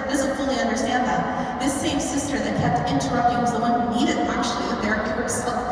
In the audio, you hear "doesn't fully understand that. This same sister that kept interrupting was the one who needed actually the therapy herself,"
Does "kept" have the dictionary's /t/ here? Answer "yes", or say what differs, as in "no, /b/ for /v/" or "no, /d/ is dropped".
yes